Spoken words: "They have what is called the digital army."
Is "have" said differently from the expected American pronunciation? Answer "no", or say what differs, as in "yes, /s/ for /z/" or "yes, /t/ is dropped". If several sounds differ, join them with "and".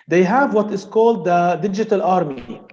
no